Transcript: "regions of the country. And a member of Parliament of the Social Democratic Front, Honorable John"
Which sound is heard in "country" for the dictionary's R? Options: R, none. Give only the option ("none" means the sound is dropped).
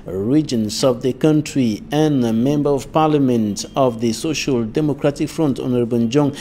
R